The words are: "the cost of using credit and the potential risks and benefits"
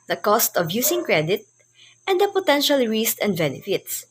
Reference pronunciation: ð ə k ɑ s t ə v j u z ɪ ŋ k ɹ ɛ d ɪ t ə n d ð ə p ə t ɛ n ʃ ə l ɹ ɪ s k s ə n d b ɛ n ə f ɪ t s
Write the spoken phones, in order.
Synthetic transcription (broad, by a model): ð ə k ɑ s t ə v j u s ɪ ŋ k ɹ ɛ d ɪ t ə n d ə p ə t ɛ n ʃ ə l ɹ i s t ə n d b ɛ n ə f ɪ t s